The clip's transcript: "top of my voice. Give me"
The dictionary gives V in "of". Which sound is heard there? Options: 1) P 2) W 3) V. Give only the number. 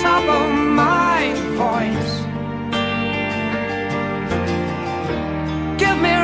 2